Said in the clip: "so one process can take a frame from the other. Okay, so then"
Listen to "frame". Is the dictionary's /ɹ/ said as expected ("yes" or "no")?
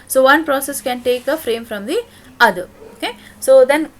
yes